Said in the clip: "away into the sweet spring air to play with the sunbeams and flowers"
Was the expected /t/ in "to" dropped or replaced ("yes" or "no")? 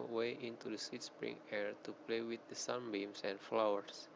no